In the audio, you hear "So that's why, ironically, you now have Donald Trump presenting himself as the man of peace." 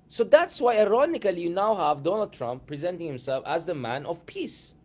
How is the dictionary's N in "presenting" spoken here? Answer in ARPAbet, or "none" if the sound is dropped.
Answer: N